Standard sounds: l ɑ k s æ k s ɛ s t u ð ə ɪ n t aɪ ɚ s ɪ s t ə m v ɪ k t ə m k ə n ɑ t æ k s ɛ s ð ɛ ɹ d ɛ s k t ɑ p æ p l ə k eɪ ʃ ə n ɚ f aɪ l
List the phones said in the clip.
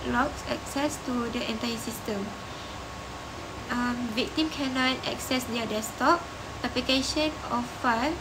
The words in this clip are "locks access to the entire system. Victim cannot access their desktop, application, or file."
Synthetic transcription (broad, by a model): l ɑ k s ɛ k s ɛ s t u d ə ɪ n t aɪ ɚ s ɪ s t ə m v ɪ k t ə m k ə n ɑ t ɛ k s ɛ s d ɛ d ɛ s t ɑ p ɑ p l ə k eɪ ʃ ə n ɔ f aɪ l